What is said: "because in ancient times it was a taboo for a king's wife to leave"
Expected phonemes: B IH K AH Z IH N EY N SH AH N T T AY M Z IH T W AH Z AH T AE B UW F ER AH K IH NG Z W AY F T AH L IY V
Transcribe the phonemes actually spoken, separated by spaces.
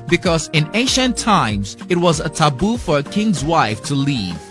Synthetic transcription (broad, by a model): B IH K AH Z IH N EY SH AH N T T AY M Z IH T W AH Z AH T AE B UW F ER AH K IH NG Z W AY F T AH L IY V